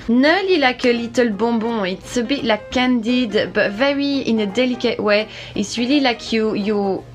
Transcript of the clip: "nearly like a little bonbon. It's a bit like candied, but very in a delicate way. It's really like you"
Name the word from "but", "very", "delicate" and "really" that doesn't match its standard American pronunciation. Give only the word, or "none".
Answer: really